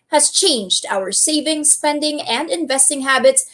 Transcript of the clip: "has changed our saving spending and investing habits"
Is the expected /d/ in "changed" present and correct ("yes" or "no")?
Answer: yes